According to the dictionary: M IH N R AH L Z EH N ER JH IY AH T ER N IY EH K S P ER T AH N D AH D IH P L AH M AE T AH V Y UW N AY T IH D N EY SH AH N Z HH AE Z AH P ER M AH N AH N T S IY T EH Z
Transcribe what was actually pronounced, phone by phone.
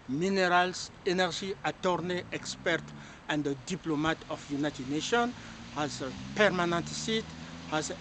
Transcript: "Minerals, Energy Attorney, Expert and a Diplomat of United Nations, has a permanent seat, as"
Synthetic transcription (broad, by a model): M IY N R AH L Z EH N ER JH IY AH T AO N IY EH K S P ER T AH N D AH D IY P L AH M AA T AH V Y UW N AY T IH D N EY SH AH N HH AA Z AH P ER M AH N AH N T S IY T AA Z